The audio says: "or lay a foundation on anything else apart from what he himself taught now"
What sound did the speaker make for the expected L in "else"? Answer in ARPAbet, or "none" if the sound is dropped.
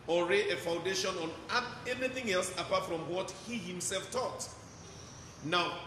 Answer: L